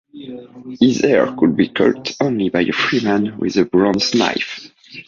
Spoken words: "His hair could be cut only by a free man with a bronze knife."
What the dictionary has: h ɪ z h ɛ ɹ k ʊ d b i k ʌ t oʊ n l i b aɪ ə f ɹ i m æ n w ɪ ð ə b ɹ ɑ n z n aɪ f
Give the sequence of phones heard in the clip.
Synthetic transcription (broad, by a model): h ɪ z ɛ ɹ k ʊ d b i k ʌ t oʊ n l i b aɪ ə f ɹ i m æ n w ɪ ð ə b ɹ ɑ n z n aɪ f